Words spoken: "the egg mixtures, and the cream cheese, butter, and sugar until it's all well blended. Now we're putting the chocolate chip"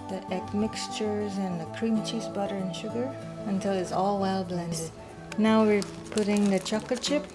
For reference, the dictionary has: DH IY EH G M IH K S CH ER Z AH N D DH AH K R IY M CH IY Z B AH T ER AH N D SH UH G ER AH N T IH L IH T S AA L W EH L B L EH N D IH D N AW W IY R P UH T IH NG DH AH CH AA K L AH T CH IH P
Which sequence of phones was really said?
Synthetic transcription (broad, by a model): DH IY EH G M IH K S CH ER Z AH N DH AH K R IY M CH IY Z B AH T ER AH N SH UH G ER AH N T IH L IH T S AA L W EH L B L EH N D IH D N AW W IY R P UH T IH NG DH AH CH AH K AH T CH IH P